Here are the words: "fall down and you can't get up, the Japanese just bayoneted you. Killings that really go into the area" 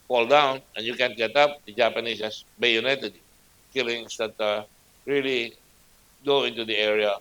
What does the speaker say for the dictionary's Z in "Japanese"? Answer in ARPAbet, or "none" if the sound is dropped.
S